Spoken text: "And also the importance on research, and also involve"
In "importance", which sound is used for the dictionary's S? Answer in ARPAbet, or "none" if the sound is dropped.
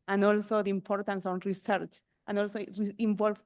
S